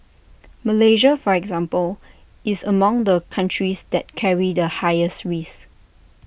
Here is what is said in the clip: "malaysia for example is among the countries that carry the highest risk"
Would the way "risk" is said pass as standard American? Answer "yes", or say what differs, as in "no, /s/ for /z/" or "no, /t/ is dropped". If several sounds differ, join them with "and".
no, /k/ is dropped